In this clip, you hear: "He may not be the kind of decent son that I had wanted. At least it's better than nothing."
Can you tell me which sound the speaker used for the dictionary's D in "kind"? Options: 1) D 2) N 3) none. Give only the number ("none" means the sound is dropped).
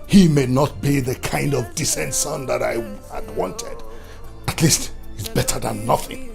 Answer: 1